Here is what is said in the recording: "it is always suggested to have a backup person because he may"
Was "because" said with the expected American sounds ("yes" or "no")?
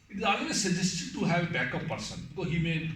no